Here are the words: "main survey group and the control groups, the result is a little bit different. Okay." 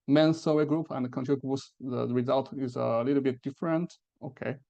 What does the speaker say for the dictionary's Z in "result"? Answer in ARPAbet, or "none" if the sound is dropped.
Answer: Z